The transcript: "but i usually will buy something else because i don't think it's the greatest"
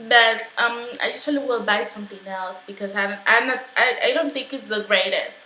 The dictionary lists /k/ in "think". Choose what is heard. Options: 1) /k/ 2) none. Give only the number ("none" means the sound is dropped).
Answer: 1